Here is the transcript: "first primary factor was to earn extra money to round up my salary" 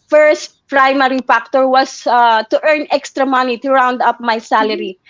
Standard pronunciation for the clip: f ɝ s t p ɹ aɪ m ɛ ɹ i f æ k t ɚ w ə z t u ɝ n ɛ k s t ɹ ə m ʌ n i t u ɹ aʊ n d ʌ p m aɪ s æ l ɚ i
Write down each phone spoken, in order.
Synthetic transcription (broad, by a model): f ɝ s t p ɹ aɪ m ɛ ɹ i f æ k t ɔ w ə s t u ɝ n ɛ k s t ɹ ə m ʌ n i t u ɹ aʊ n d ʌ p m aɪ s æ l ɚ i